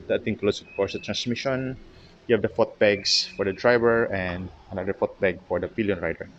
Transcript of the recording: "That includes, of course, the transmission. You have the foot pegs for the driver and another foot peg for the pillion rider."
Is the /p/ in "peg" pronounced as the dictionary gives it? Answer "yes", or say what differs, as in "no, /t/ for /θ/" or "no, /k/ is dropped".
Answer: no, /b/ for /p/